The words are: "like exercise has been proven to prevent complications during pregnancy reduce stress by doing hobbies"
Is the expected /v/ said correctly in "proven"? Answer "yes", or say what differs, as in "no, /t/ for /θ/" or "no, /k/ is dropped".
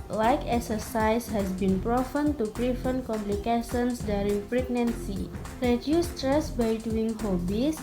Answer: no, /f/ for /v/